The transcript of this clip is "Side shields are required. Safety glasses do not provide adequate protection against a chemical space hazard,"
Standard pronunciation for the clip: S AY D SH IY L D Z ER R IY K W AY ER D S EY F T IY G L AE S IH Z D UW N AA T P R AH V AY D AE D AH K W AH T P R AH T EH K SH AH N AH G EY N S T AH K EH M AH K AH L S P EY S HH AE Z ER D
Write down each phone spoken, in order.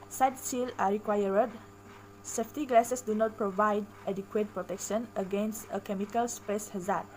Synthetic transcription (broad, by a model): S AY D S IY L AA R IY K W AY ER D S EY F T IY G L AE S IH S D UW N AA T P R AH V AY D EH D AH K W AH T P R AH T EH K SH AH N AH G EY N S T AH K EH M AH K AH L S P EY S HH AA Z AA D